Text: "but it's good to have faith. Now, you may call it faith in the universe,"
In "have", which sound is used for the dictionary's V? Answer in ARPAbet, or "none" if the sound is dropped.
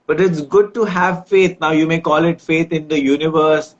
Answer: V